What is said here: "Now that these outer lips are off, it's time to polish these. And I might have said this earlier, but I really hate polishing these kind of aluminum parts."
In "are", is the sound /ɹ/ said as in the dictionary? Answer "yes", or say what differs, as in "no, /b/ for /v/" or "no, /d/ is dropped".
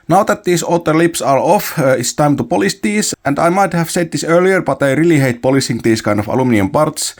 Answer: yes